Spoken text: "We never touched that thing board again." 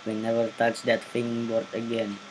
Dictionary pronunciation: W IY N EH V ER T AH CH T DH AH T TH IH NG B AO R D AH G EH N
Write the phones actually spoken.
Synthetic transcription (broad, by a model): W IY N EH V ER T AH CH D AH T F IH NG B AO R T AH G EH N